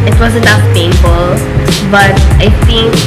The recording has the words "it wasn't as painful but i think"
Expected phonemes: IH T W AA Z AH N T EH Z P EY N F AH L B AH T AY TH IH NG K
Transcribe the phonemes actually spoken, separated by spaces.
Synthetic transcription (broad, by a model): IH T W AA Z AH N AH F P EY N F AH L B AH T AY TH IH NG K